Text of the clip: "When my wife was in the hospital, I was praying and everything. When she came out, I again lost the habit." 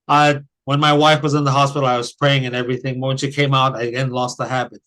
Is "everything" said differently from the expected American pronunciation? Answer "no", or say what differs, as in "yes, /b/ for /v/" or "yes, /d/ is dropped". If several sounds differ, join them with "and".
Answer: no